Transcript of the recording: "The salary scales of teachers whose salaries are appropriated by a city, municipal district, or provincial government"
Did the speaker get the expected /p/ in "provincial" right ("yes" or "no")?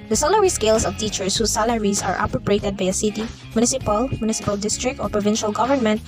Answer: yes